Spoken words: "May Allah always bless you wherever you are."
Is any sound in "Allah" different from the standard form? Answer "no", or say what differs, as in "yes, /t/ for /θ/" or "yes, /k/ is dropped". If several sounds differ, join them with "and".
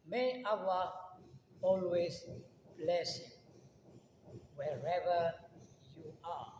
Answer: yes, /w/ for /l/